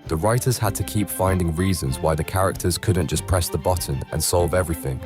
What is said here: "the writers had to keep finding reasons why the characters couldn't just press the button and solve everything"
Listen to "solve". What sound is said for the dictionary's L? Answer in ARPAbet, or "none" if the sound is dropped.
L